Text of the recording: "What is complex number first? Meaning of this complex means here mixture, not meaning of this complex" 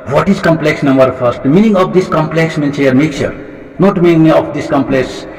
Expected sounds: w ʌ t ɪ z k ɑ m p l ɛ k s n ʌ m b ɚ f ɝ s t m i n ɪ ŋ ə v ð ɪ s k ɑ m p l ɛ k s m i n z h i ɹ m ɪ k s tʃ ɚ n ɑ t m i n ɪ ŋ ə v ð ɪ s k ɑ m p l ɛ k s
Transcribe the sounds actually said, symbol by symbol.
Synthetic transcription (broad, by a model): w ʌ t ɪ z k ɑ m p l ɛ k s n ʌ m b ɚ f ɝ s t m i n ɪ ŋ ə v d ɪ s k ɑ m p l ɛ k s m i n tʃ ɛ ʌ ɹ m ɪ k tʃ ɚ n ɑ t m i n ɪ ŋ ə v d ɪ s k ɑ m p l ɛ k s